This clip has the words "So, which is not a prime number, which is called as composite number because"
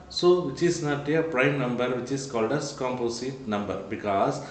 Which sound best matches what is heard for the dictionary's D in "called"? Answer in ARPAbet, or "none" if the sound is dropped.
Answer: D